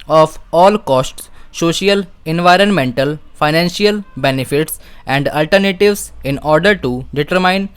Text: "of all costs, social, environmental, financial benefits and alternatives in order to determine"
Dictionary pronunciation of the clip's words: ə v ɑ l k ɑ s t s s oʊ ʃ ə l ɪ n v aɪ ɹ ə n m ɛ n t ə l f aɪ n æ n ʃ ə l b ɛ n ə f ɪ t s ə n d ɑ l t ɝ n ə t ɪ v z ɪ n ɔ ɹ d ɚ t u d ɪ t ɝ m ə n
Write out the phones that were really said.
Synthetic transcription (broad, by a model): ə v ɑ l k ɑ s t s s oʊ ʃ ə l ɪ n v aɪ ɹ ə n m ɛ n t ə l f aɪ n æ n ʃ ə l b ɛ n ə f ɪ t s ə n d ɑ l t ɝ n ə t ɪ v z ɪ n ɔ ɹ d ɚ t u d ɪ t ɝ m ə n